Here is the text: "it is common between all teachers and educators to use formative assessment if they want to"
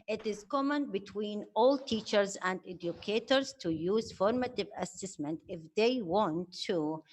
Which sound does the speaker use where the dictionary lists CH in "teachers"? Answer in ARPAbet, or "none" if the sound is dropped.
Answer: CH